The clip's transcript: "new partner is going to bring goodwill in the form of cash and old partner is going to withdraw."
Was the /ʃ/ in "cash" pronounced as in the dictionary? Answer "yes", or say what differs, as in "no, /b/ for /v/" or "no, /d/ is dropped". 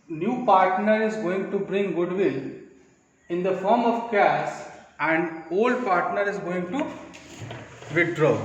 no, /s/ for /ʃ/